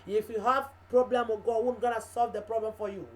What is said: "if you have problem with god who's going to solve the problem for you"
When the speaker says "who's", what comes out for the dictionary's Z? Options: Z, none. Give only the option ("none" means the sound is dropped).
none